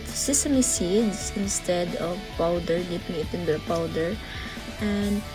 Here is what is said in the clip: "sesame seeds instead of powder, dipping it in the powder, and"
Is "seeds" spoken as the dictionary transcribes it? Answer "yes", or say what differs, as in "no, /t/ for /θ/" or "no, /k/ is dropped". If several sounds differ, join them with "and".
no, /s/ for /z/